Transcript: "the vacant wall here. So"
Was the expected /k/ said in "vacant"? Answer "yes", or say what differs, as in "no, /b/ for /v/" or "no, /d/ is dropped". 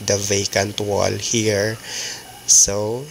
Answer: yes